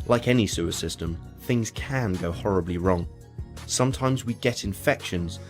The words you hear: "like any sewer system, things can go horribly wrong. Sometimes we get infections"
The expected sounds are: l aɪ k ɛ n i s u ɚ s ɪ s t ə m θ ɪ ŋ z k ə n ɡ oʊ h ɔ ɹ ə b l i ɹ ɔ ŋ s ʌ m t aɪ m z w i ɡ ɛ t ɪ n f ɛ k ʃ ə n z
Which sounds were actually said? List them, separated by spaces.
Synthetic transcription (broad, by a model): l aɪ k ɛ n i s u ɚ s ɪ s t ə m θ ɪ ŋ z k ə n ɡ oʊ h ɔ ɹ ə b l i ɹ ɔ ŋ s ʌ m t aɪ m z w i ɡ ɛ t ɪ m f ɛ k ʃ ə n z